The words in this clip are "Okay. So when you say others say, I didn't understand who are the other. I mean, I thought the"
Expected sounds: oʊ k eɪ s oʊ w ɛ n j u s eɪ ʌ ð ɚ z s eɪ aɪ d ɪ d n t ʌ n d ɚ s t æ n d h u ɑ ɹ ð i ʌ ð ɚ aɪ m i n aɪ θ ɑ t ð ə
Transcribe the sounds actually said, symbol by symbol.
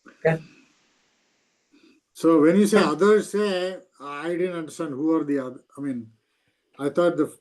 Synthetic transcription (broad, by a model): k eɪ s oʊ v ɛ n j u s eɪ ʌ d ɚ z s eɪ aɪ d ɪ d n t ʌ n d ɚ s t æ n d h u ɑ ɹ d i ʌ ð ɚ aɪ m i n aɪ t ɑ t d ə